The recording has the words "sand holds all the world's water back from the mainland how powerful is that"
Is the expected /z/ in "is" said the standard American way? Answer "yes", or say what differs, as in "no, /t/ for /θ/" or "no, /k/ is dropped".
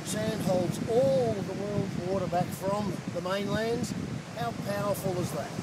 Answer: yes